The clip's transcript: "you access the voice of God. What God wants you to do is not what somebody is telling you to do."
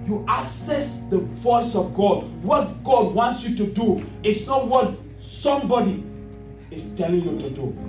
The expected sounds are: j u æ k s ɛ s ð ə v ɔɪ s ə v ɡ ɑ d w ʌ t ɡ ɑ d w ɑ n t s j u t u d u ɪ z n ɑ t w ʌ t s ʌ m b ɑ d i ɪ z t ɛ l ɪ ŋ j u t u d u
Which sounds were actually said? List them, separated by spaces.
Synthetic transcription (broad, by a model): j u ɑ s ɛ s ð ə v ɔɪ s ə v ɡ ɑ d w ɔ t ɡ ɑ d w ɑ n t s j u t u d u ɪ s n ɑ t w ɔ t s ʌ m b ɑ d i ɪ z t ɛ l ɪ ŋ j u t u d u